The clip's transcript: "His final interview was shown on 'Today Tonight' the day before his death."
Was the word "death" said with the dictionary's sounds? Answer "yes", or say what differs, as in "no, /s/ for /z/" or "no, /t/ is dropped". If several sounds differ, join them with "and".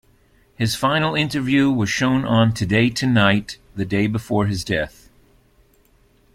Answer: yes